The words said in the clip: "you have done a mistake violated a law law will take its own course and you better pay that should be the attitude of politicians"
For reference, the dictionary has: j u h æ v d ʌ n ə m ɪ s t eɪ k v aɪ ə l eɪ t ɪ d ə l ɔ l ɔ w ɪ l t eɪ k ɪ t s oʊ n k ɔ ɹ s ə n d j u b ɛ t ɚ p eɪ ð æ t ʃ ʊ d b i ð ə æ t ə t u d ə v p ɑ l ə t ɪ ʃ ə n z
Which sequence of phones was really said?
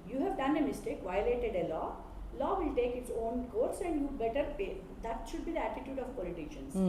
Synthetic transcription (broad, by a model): j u h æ v d ʌ n ə m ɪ s t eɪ k v aɪ ə l eɪ t ɪ d ə l ɔ l ɔ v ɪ l t eɪ k ɪ t s oʊ n k ɔ ɹ s ə n d j u b ɛ t ɚ p eɪ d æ t ʃ ʊ d b i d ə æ t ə t u d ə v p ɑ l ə t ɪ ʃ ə n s